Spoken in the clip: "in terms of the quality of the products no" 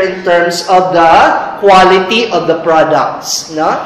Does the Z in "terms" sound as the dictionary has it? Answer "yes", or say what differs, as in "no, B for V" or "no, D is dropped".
no, S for Z